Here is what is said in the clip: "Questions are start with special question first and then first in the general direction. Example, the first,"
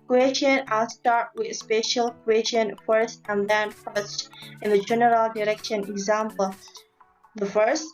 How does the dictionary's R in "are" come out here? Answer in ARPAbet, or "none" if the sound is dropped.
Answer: L